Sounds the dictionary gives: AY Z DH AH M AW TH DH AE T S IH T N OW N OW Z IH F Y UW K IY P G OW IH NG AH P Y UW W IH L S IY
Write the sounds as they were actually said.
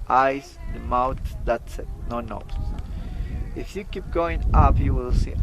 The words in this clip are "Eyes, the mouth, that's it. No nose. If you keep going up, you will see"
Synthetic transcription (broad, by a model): AY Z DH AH M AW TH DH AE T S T N OW N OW S IH F Y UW K IY P G OW IH NG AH P Y UW W IH L S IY